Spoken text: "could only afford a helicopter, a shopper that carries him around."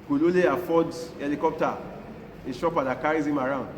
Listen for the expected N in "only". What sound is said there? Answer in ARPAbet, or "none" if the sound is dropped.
none